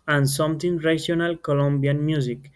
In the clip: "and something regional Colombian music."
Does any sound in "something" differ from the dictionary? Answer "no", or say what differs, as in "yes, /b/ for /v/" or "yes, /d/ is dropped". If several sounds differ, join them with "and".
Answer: yes, /t/ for /θ/